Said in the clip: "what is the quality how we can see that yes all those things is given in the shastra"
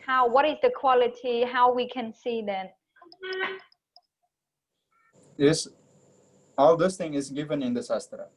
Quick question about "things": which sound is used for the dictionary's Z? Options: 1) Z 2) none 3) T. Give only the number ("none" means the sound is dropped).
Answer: 2